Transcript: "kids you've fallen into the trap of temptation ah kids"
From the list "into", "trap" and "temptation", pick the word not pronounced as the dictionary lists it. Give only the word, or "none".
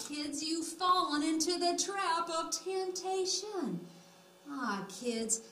none